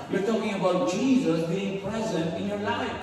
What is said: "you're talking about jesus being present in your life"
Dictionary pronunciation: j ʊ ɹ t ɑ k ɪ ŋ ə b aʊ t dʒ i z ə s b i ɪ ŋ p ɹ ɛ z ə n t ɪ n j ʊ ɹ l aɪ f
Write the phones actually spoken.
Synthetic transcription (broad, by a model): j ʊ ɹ t ɑ k ɪ ŋ ə b aʊ t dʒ i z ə s b i ɪ ŋ p ɹ ɛ z ə n t ɪ n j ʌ ɹ l aɪ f